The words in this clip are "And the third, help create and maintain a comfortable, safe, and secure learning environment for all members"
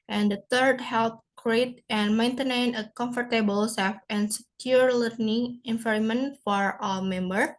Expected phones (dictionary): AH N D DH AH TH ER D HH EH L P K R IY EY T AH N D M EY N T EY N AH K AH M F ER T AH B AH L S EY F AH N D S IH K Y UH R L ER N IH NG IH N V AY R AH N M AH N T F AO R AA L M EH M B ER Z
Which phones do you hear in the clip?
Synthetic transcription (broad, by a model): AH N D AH T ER D HH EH L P K R IY EY T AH N M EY N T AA N AH K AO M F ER T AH B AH L S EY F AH N S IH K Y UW R L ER N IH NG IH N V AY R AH M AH N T F AO R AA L M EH M B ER